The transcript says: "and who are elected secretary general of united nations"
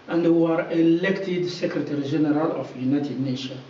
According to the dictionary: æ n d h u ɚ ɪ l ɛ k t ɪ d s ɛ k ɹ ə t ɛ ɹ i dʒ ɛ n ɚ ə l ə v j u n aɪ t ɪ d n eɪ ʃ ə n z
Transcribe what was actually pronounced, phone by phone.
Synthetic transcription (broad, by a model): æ n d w ɚ ɪ l ɛ k t ɪ d s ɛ k ɹ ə t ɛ ɹ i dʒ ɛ n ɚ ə l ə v j u n aɪ t ɪ d n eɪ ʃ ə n